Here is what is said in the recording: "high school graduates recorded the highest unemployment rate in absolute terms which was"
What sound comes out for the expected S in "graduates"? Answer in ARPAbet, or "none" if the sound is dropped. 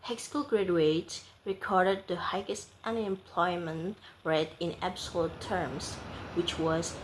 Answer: none